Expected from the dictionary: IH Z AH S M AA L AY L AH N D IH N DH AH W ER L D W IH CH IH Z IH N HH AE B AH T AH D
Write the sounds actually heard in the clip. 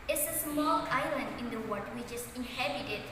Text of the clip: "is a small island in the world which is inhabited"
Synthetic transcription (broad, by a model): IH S AH S M AA L AY L AH N D IH N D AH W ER D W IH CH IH S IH N HH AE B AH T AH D